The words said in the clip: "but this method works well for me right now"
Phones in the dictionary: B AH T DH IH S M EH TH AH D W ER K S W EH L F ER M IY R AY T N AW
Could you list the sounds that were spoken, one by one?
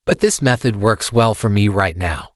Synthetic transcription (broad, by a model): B AH T DH IH S M EH TH AH D W ER K S W EH L F ER M IY R AY T N AW